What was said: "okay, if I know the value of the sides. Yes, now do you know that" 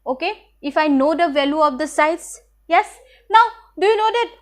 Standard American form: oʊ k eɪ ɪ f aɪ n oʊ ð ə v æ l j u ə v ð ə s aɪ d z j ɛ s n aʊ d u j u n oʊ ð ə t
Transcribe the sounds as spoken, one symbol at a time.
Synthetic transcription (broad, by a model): oʊ k eɪ ɪ f aɪ n oʊ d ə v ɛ l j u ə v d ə s aɪ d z j ɛ s n aʊ d u j u n oʊ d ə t